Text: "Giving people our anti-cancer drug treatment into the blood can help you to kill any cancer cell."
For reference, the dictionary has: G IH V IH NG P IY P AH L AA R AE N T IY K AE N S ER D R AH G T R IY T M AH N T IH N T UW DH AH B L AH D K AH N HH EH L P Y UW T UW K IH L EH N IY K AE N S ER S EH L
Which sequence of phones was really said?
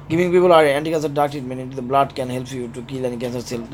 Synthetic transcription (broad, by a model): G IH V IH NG P IY P AH L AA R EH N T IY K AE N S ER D AA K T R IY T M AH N IH N T UW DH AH B L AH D K AH N HH EH L P Y UW T UW K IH L EH N IY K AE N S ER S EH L